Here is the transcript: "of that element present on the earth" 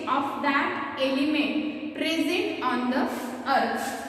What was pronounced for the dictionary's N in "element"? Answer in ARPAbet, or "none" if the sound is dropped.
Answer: N